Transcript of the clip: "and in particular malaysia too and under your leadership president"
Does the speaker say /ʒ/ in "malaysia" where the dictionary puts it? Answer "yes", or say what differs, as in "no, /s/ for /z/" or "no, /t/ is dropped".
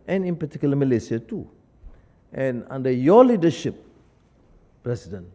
no, /s/ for /ʒ/